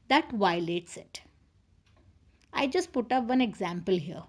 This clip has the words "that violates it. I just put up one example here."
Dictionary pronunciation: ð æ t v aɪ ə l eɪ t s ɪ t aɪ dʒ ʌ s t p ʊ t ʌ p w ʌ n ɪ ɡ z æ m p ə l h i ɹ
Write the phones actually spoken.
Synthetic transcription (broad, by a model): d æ t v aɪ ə l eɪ t s ɪ t aɪ dʒ ʌ s t p ʊ t ʌ p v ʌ n ɪ ɡ z æ m p ə l h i ɹ